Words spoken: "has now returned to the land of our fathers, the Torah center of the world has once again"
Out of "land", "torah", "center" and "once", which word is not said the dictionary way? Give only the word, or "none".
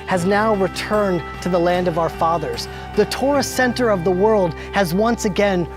none